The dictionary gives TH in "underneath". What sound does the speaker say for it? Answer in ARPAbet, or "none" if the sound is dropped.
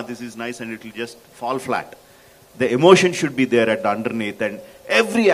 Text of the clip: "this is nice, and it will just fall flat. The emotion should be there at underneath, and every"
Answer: T